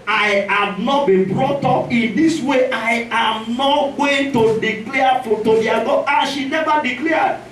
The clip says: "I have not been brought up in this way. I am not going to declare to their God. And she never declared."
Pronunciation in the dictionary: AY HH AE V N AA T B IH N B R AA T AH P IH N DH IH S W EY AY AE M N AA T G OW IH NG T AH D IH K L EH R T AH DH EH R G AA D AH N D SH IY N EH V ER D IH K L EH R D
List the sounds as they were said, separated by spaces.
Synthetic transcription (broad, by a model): AY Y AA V N AA T B IH N B R AA T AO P IH N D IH S W EY AY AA M N AA T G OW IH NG T AH D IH K L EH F T AH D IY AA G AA AH SH IY N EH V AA D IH K L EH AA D